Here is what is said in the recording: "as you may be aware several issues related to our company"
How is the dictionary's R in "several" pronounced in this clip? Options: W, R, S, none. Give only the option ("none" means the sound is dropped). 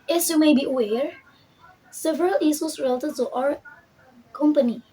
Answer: R